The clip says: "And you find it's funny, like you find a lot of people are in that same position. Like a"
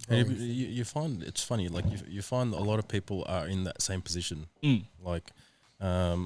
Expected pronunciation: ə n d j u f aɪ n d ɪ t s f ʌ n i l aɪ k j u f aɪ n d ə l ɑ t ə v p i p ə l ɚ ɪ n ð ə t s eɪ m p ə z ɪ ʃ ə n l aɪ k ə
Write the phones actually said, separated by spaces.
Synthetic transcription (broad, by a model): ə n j j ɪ f aɪ n d ɪ t s f ʌ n i l aɪ k j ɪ f aɪ n d ə l ɑ t ə v p i p l ɚ ɪ n ð ə t s eɪ m p ə z ɪ ʃ ə n l aɪ k ə